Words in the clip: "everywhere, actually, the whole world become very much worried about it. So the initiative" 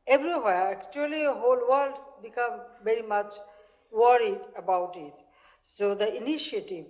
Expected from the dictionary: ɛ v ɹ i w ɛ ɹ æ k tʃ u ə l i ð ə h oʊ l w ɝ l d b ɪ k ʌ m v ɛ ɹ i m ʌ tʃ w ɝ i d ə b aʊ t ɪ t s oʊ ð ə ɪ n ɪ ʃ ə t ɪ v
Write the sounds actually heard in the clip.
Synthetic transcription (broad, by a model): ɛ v ɹ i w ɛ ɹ æ k tʃ u ə l i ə h oʊ l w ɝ l d b ɪ k ʌ m v ɛ ɹ i m ʌ tʃ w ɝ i d ə b aʊ t ɪ t s oʊ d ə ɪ n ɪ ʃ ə t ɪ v